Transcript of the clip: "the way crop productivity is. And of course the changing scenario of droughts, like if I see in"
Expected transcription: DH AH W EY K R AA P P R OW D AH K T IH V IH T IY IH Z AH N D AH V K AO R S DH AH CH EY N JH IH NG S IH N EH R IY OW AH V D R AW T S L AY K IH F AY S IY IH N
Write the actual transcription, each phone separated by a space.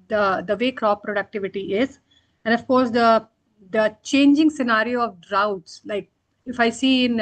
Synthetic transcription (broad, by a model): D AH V EY K R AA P P R OW D AH K T IH V IH T IY IH Z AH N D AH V K AO R S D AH CH EY N JH IH NG S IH N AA R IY OW AH V D R AW T S L AY K IH F AY S IY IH N